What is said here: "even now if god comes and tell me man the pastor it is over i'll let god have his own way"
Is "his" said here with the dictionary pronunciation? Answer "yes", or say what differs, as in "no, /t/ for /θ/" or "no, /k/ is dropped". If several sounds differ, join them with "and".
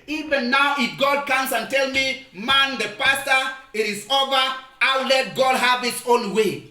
no, /s/ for /z/